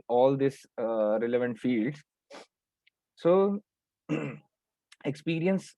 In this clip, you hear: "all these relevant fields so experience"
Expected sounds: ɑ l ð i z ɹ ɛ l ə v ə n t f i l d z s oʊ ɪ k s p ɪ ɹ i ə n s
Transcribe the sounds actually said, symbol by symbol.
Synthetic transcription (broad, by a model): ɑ l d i s ɹ ɛ l ə v ə n t f i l d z s oʊ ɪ k s p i ɹ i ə n s